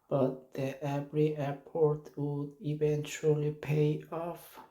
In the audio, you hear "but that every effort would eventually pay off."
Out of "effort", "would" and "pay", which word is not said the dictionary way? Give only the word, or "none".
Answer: effort